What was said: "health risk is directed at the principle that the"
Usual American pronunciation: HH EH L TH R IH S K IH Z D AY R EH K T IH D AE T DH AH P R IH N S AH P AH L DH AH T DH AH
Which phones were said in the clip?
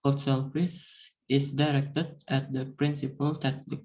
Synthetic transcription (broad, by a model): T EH L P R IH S IH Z D AY R EH K T IH D AE T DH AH P R IH N S AH P AH L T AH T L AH